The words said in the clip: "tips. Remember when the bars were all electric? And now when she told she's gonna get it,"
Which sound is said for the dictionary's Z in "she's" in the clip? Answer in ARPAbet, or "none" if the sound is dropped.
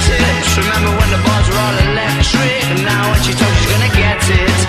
Z